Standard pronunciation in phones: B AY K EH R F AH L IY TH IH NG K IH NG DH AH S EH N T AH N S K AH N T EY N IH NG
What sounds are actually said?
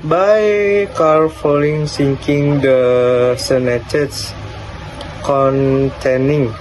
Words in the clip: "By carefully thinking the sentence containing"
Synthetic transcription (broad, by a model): B AY K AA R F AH L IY S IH NG K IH NG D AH S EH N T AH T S K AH N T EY N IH NG